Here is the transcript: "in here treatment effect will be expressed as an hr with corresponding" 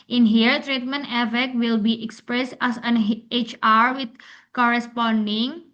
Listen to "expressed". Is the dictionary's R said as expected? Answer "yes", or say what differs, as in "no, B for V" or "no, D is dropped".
yes